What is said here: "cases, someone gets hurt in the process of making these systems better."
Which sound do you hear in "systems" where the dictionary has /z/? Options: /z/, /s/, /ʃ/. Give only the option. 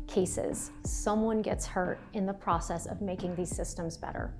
/z/